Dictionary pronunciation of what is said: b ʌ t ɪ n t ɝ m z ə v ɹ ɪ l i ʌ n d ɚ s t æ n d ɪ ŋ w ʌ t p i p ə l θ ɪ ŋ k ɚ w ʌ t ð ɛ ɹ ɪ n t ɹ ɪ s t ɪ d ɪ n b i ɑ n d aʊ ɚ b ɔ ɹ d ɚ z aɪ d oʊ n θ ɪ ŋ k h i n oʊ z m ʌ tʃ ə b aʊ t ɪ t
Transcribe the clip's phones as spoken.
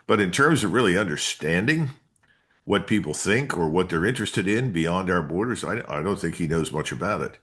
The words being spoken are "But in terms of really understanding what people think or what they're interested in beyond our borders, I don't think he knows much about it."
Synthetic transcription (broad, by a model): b ʌ t ɪ n t ɝ m z ə v ɹ ɪ l i ʌ n d ɚ s t æ n d ɪ ŋ w ʌ t p i p l θ ɪ ŋ k ɚ w ʌ t ð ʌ ɹ ɪ n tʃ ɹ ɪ s t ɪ d ɪ n b i ɑ n d aʊ ɚ b ɔ ɹ d ɚ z aɪ d oʊ n θ ɪ ŋ k h i n oʊ z m ʌ tʃ ə b aʊ t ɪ t